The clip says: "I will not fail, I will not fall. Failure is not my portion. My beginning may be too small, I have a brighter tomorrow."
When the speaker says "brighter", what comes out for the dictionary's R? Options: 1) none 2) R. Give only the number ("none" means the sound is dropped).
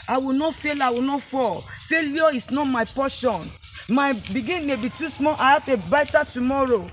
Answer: 1